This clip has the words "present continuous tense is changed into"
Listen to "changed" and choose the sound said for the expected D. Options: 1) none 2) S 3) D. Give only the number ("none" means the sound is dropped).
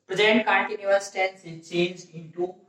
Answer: 1